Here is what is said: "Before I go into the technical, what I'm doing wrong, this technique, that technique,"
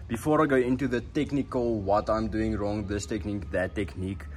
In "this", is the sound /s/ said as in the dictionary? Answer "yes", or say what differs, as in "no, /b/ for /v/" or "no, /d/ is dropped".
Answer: yes